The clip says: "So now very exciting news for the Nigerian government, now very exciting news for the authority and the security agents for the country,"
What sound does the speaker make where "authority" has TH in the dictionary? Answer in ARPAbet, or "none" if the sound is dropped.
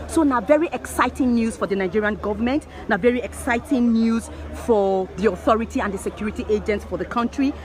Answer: TH